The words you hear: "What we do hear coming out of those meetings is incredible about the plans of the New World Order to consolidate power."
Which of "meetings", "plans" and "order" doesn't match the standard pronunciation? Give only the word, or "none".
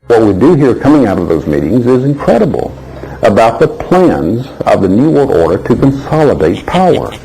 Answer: none